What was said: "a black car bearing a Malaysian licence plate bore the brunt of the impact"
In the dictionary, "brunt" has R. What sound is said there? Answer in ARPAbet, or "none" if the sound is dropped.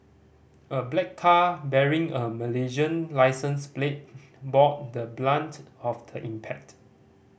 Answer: L